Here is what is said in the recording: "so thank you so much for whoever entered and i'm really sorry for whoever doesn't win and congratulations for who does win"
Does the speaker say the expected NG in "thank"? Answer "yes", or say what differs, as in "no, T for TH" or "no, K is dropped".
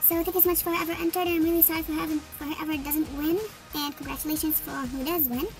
no, NG is dropped